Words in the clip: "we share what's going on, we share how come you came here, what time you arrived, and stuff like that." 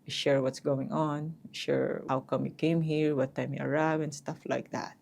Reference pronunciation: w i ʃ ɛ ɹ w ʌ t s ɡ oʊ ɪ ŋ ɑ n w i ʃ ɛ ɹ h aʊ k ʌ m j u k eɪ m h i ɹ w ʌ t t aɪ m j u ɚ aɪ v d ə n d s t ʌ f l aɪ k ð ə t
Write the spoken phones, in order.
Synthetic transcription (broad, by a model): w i ʃ ɛ ɹ w ʌ t s ɡ oʊ ɪ ŋ ɑ n w i ʃ ɛ ɹ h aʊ k ʌ m j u k eɪ m h i ɹ w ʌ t t aɪ m j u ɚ aɪ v ə n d s t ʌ f l aɪ k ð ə t